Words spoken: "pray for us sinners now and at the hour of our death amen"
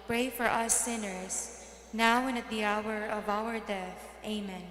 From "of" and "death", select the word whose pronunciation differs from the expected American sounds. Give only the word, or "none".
none